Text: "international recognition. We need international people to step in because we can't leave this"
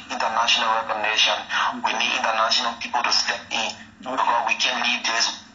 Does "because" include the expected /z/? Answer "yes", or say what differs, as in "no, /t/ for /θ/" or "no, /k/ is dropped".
no, /z/ is dropped